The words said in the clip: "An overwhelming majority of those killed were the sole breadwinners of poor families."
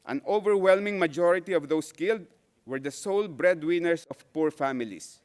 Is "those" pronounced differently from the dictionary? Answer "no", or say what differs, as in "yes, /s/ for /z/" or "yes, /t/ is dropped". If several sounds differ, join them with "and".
yes, /s/ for /z/